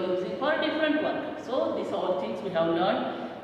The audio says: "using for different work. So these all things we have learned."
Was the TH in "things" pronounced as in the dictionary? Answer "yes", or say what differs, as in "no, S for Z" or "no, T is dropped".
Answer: no, T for TH